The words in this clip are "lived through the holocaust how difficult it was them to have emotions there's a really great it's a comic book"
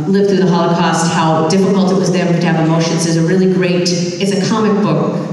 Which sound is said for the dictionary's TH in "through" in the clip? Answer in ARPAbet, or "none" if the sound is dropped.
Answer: TH